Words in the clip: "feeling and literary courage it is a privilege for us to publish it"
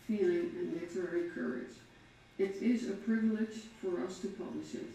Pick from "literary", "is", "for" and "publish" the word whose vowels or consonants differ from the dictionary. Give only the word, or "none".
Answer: none